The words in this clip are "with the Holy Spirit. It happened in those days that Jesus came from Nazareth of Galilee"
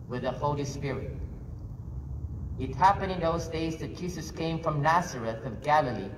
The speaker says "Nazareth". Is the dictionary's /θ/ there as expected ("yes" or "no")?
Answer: yes